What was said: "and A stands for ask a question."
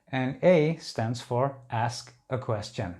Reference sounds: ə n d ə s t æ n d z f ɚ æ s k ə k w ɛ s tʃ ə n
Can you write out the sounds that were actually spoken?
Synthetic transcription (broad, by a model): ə n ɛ ə s t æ n d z f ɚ æ s k ə k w ɛ s tʃ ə n